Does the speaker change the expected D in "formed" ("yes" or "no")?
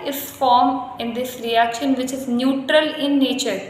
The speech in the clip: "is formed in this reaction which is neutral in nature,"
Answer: yes